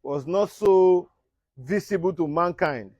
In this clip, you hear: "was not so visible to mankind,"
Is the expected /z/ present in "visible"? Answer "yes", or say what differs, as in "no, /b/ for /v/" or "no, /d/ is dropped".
no, /s/ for /z/